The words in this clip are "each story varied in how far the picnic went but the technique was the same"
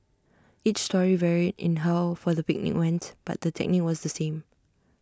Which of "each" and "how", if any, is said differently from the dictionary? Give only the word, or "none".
none